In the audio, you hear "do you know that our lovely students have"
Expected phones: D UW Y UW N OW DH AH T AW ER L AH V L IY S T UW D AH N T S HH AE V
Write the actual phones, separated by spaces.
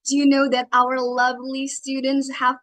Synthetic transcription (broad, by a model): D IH Y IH N OW DH AH T AW ER L AH V L IY S T UW D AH N T S HH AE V